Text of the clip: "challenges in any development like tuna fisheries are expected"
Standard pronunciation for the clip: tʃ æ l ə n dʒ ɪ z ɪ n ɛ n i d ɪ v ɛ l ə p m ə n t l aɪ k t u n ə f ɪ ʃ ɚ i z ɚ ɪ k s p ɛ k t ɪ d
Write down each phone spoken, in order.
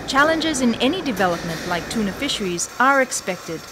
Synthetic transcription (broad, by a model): tʃ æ l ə n dʒ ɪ z ɪ n ɛ n i d ɪ v ɛ l ə p m ə n t l aɪ k t u n ə f ɪ ʃ ɚ i z ɚ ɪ k s p ɛ k t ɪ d